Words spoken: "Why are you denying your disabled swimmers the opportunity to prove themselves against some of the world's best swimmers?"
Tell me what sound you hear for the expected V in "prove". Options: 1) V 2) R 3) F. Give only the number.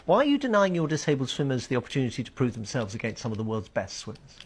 1